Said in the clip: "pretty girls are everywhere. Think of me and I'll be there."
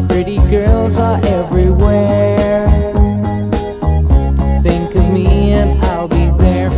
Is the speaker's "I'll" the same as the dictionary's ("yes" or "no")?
yes